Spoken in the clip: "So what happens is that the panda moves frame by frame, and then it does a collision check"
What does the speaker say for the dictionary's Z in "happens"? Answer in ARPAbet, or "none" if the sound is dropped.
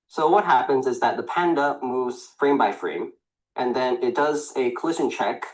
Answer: Z